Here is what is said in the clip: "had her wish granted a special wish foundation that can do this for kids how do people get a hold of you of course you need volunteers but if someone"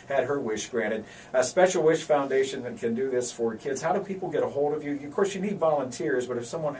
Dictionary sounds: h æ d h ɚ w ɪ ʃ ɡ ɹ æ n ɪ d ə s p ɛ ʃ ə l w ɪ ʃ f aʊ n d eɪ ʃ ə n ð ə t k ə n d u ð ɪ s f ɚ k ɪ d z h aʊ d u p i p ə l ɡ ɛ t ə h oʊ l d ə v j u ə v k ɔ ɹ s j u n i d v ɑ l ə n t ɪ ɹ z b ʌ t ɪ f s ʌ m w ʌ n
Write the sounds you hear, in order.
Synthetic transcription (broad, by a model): h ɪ d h ɚ w ɪ ʃ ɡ ɹ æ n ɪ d ə s p ɛ ʃ l w ɪ ʃ f aʊ n d eɪ ʃ ə n ð ə t k ə n d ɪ ð ɪ s f ɚ k ɪ d z h aʊ d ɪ p i p l ɡ ɛ t ə h oʊ l d ə v j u ə v k ɔ ɹ s j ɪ n i d v ɑ l ə n t ɪ ɹ z b ʌ t ɪ f s ʌ m w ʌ n